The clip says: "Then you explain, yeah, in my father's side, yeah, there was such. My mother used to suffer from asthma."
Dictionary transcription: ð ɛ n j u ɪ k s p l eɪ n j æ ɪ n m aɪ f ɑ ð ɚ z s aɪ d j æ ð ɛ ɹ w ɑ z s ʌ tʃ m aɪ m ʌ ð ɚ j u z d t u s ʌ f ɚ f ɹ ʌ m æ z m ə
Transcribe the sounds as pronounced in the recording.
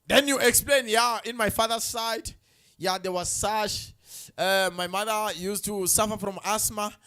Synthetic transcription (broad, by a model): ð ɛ n j u ɪ k s p l eɪ n j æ ɪ n m aɪ f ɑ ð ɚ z s aɪ d j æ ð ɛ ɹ w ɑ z s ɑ ʃ m aɪ m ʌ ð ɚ j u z t u s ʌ f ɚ f ɹ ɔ m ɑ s m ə